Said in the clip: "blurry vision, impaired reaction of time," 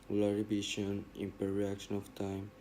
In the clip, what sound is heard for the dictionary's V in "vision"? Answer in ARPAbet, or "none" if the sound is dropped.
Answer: B